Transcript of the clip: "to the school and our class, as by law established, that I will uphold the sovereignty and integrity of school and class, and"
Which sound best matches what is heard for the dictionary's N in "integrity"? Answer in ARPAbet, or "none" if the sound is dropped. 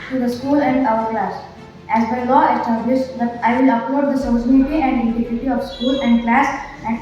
none